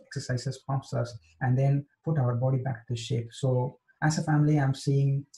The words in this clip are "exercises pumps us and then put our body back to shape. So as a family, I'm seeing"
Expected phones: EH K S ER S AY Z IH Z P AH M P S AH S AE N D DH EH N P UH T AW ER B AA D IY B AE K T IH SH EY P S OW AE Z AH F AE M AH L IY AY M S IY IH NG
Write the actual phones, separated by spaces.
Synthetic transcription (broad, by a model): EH K S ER S AY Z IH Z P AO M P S AH S AE N D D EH N P UH T AW ER B AA D IY B AE K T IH SH EY P S OW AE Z AH F AE M AH L IY AY M S IY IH NG